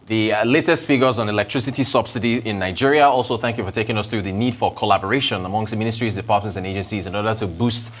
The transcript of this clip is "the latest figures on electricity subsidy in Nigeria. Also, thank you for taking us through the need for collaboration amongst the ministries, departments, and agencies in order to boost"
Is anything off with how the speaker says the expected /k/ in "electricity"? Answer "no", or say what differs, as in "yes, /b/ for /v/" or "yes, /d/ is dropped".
no